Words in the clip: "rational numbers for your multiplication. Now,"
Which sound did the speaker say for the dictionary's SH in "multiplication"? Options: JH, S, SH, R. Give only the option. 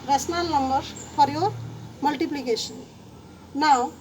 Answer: S